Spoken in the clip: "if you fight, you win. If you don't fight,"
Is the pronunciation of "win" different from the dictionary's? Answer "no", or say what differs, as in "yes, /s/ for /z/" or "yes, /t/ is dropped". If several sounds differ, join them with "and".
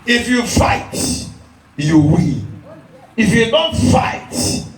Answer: yes, /l/ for /n/